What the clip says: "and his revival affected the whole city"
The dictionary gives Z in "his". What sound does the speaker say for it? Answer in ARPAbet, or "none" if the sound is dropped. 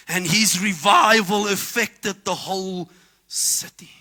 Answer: Z